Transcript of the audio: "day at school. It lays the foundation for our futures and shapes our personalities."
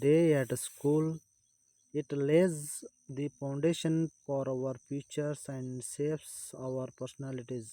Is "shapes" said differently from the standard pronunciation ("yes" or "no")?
yes